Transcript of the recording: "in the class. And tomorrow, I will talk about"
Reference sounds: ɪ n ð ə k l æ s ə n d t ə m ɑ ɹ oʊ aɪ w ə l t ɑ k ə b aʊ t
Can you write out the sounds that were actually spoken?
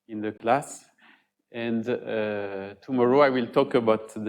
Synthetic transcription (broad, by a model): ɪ n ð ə k l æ s ə n d t ə m ɑ ɹ oʊ aɪ w ə l t ɑ k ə b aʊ t